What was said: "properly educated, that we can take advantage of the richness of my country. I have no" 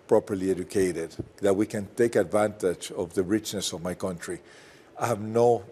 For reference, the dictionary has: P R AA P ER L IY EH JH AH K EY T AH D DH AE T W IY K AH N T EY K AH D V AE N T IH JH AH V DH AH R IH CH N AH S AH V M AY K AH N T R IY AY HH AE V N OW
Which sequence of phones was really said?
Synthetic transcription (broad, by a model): P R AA P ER L IY EH JH AH K EY T AH D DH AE T W IY K AH N T EY K AH D V AE N T IH JH AH V DH AH R IH CH N AH S AH V M AY K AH N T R IY AY HH AE V N OW